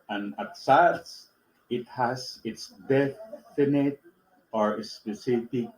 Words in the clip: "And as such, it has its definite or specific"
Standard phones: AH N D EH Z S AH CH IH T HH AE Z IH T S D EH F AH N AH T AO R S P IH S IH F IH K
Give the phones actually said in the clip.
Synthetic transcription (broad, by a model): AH N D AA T S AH S IH T HH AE S IH T S D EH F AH N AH T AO R S P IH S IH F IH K